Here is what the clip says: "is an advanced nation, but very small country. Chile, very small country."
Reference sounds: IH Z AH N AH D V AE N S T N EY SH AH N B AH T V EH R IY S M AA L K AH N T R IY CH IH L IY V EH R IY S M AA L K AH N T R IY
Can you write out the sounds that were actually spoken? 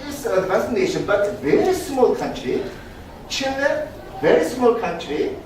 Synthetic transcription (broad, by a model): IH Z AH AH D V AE S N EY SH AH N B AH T V EH R IY S M AA L K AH N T R IY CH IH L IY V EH R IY S M AA L K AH N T R IY